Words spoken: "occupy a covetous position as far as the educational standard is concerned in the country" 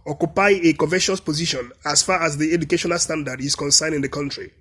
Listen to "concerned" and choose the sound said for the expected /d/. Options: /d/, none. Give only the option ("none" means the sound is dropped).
none